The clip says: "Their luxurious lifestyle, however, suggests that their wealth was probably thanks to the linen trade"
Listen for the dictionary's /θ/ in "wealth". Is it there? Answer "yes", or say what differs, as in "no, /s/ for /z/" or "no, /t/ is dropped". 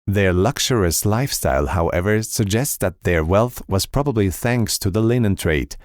yes